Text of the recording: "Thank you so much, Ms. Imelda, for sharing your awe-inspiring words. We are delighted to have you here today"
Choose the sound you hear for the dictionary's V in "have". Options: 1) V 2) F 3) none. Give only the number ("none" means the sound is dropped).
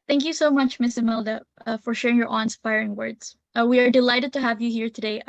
1